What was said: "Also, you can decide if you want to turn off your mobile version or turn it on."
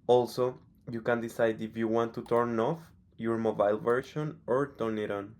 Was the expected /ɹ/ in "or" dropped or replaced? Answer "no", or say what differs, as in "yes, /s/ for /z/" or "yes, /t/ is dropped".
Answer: no